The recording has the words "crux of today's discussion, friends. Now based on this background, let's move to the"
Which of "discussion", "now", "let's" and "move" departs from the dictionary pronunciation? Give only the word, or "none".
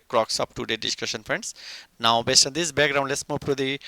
move